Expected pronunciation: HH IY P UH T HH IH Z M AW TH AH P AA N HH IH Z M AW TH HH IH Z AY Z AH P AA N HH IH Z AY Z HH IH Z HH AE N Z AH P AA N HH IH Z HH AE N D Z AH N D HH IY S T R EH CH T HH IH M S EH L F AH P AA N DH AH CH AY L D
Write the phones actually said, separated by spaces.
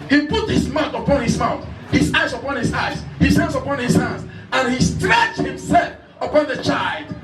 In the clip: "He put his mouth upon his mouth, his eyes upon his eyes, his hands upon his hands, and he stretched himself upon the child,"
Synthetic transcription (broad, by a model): HH IY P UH T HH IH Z M AW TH AH P AA N HH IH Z M AW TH HH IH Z AY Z AH P AA N HH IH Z AY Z HH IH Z HH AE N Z AH P AA N HH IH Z HH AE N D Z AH N HH IY S T R EH CH T HH IH M S EH L F AH P AA N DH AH CH AY L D